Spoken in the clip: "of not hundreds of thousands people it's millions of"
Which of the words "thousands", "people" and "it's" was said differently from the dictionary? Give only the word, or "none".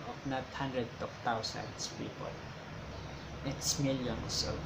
thousands